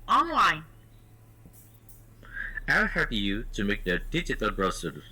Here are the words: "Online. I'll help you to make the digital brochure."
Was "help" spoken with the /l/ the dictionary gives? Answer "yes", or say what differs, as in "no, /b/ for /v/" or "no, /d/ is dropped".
no, /l/ is dropped